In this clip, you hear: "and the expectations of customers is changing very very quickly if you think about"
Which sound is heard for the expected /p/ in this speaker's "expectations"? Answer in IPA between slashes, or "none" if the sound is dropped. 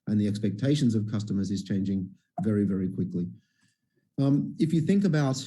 /p/